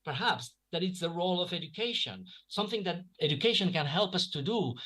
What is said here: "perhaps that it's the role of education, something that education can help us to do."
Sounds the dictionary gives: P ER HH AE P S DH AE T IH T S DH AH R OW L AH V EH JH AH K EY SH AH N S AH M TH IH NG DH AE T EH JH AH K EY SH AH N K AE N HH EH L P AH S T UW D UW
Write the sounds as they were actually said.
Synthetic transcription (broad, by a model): P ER HH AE P S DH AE T IH T S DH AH R OW L AH V EH JH AH K EY SH AH N S AH M TH IH NG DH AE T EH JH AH K EY SH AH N K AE N HH EH L P AH S T UW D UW